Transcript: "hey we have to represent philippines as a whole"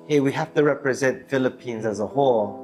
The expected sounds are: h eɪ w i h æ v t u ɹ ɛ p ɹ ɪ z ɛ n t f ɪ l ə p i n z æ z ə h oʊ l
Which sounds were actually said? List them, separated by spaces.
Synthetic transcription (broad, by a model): h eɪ w i h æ f t u ɹ ɛ p ɹ ɪ z ɛ n t f ɪ l ə p i n z æ z ə h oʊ l